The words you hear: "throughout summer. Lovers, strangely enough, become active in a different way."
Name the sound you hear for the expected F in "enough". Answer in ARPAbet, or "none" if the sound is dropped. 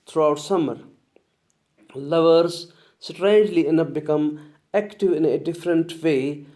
P